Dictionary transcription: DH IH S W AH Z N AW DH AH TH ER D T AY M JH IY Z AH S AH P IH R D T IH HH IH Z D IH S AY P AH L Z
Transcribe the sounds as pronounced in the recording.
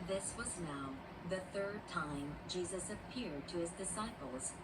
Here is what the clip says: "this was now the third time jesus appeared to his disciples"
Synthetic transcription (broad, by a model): DH IH S W AH Z N AW DH AH TH ER D T AY M JH IY Z AH S AH P IH R D T IH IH Z D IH S AY P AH L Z